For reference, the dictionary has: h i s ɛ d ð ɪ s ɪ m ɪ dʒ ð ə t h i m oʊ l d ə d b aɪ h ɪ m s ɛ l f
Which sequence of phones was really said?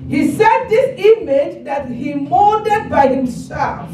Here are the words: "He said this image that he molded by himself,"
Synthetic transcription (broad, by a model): h i s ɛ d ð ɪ s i m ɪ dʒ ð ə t h i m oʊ d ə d b aɪ h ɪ m s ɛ l f